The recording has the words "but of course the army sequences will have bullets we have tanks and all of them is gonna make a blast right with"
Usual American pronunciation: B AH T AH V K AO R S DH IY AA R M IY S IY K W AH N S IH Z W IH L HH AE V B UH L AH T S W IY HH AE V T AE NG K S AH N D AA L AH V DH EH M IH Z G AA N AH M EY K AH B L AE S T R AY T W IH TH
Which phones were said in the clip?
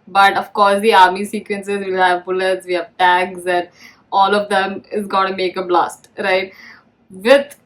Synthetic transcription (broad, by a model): B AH T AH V K AO R S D IY AA R M IY S IY K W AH N S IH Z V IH L HH AE V B UH L AH T S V IY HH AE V T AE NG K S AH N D AA L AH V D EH M IH Z G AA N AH M EY K AH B L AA S T R AY T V IH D